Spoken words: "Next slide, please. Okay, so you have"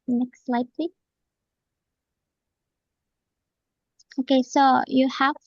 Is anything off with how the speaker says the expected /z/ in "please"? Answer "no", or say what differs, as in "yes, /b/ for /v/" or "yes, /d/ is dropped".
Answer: yes, /z/ is dropped